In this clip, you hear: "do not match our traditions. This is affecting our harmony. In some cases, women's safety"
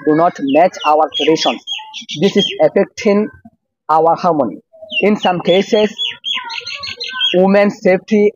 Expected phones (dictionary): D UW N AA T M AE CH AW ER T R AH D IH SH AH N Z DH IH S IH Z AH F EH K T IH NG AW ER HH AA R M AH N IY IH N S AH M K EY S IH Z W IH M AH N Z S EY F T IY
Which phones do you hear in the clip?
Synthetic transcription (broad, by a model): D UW N AA T M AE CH AW ER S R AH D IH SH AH N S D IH S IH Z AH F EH K T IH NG AW ER HH AA R M AH N IY IH N S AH M K EY S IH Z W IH M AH N S EY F T IY